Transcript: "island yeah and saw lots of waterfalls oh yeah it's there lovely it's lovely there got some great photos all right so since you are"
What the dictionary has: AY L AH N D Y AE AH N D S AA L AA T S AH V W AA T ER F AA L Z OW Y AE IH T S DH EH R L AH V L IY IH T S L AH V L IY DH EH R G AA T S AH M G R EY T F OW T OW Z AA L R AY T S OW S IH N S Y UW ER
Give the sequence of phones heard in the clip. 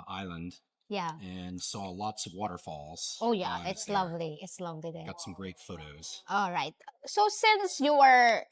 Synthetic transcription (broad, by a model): AY L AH N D Y AE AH N S AA L AA T S AH V W AA T ER F AA L Z OW Y AE IH T S L AH V L IY IH T S L AH V L IY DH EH G AA T S AH M G R EY T F OW T OW Z AA L R AY T S OW S IH N S Y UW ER